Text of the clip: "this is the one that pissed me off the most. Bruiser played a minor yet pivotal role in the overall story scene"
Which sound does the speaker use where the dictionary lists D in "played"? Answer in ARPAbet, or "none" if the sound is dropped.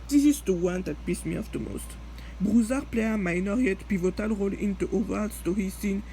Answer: none